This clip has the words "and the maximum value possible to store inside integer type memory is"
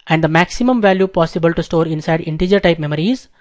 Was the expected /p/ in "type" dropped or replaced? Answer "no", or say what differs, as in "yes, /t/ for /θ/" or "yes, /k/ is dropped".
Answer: no